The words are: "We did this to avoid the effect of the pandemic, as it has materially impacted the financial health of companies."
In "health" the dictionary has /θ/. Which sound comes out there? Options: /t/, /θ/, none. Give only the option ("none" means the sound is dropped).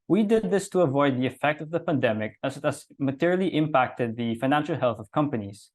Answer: /θ/